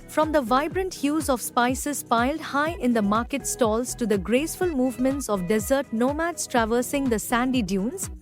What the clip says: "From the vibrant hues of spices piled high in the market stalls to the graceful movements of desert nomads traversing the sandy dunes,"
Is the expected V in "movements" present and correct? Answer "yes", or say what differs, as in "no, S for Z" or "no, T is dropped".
yes